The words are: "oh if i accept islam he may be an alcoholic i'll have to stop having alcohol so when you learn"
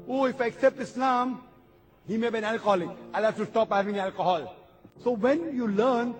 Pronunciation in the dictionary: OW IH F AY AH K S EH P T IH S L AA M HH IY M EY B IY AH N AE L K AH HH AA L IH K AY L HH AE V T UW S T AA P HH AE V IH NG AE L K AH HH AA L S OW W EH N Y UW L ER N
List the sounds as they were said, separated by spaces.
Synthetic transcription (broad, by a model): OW IH F AY AH K S EH P T IH S L AA M HH IY M EY B IY AH N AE L K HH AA L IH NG AY L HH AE F T UW S T AA P HH AE V IH NG AE L K AH HH AA L S OW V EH N Y UW L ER N